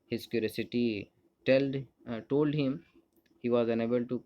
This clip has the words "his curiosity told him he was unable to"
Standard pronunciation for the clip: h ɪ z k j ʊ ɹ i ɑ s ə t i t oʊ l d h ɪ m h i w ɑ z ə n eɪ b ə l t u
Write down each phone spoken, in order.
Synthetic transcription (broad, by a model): h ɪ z k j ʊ ɹ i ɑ s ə t i t oʊ l d h ɪ m h i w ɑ z ə n eɪ b ə l t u